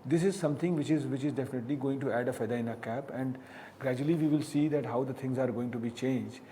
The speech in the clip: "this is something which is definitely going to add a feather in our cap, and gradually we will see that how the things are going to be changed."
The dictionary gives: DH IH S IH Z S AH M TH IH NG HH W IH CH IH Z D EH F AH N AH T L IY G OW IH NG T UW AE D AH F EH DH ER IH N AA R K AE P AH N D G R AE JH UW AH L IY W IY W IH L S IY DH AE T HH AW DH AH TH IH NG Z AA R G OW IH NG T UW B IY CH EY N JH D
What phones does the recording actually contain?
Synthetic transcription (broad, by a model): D IH S IH Z S AH M T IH NG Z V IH CH IH Z D EH F AH N AH T L IY G OW IH NG T UW AE D AH F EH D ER IH N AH K AE P AH N D G R AE JH UW AH L IY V IY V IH L S IY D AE T HH AW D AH T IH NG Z AA R G OW IH NG T UW B IY CH EY N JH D